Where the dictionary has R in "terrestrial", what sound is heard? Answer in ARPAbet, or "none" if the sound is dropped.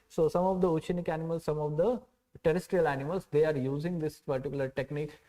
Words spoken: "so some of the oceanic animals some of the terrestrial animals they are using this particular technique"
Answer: R